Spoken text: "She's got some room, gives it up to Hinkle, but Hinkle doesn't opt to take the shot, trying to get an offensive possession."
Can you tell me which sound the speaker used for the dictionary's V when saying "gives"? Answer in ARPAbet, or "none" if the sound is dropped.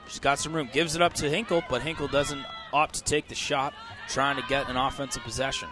V